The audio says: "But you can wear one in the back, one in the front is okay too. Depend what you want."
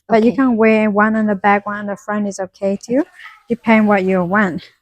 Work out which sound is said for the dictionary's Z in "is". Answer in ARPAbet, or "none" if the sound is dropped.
Z